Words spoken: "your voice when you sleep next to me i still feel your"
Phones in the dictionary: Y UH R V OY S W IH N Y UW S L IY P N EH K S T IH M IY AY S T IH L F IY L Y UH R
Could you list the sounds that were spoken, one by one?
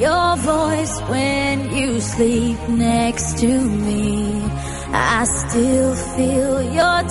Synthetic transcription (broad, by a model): Y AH R V OY S W IH N Y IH S L IY P N EH K S T IH M IY AY S T IH L F IY L Y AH R